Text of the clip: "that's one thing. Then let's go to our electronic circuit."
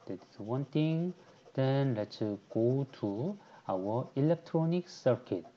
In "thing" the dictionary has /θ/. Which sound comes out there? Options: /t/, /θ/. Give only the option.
/t/